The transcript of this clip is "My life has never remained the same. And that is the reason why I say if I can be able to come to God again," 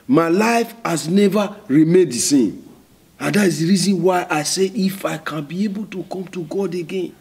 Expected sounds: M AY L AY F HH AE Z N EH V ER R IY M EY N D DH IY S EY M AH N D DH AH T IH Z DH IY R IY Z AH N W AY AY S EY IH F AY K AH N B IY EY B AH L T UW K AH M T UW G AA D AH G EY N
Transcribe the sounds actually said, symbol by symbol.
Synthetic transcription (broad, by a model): M AY L AY F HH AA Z N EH V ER R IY M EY D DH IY S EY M AH N D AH T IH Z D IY R IY Z AH N W AY AY S EY IH F AY K AH N B IY EY B AH L T UW K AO M T UW G AA D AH G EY N